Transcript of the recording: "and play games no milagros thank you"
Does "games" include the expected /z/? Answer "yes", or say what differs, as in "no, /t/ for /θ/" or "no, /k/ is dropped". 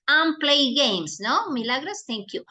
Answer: no, /s/ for /z/